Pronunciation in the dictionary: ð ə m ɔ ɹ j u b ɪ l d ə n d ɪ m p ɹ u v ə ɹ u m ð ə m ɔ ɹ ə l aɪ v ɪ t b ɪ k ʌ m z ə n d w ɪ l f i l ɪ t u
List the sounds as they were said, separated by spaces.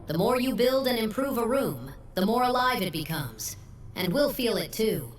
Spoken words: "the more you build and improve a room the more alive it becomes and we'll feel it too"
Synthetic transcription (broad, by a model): ð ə m ɔ ɹ j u b ɪ l d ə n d ɪ m p ɹ u v ə ɹ u m ð ə m ɔ ɹ ə l aɪ v ɪ t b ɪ k ʌ m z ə n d w ɪ l f i l ɪ t u